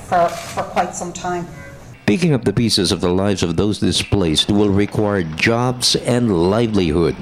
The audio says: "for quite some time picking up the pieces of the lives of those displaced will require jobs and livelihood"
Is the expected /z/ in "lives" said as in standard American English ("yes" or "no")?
yes